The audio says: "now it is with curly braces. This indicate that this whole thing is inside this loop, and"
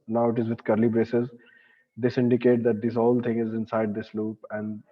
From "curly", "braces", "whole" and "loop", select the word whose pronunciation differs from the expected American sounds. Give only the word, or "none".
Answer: none